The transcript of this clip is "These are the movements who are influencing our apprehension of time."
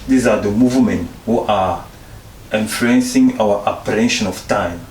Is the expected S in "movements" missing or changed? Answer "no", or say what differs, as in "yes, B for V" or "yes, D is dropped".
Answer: yes, S is dropped